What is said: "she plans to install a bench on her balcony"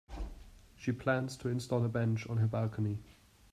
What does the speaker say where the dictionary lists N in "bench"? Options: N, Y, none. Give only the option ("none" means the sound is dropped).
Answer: N